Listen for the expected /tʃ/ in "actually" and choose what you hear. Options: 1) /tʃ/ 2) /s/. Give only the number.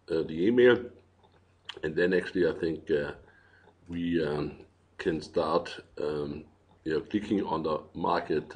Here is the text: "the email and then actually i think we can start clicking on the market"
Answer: 2